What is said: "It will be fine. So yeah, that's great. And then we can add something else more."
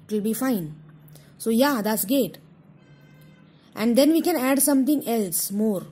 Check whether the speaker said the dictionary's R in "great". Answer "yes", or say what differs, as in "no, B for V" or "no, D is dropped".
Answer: no, R is dropped